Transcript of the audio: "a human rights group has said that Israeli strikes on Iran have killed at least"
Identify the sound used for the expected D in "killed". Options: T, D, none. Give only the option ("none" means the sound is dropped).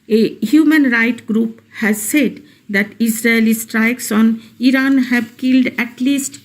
D